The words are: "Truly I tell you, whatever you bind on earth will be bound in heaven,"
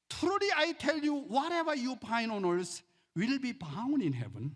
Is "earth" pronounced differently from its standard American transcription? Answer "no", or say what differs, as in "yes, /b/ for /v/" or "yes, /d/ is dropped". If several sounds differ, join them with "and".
yes, /s/ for /θ/